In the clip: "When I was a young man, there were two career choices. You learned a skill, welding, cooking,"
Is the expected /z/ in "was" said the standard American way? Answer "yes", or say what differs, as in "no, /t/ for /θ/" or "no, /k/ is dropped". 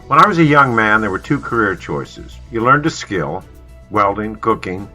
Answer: yes